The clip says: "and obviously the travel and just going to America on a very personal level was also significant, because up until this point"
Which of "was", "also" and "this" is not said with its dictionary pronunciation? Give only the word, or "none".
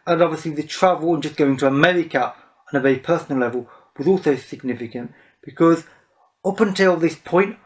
none